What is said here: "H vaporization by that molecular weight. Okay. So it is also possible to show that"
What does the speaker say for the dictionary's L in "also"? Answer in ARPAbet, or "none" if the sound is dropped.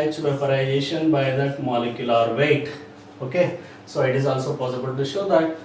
L